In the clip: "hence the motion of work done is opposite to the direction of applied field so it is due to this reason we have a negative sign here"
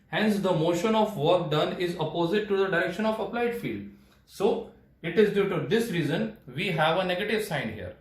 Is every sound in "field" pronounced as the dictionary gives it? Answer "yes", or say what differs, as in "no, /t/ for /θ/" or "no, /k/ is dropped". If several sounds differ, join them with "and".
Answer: yes